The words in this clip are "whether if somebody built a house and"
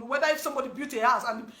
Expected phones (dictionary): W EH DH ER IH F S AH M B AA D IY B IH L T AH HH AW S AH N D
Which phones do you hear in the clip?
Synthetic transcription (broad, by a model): W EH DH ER IH F S AH M B AA D IY B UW T AH HH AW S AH N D